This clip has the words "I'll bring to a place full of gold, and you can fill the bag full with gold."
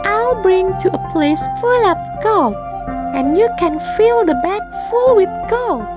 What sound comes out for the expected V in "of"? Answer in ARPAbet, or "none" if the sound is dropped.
P